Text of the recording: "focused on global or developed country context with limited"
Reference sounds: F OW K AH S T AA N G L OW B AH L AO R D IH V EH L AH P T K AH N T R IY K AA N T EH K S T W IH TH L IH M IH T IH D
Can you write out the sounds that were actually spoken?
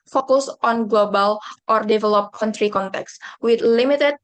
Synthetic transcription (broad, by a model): F OW K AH S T AA N G L OW B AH L AO R D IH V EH L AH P K AH N T R IY K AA N T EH K S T W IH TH L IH M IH T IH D